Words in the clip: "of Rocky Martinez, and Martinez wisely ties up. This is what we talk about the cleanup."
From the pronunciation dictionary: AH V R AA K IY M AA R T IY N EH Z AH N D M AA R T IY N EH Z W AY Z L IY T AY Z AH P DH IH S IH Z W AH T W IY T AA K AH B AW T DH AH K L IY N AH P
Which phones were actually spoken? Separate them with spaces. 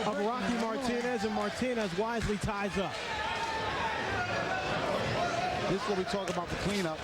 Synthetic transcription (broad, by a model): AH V R AA K IY M AA R T IY N EH Z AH N M AA R T IY N EH Z W AY Z L IY T AY Z AH P DH IH S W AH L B IY T AA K AH B AW T DH AH K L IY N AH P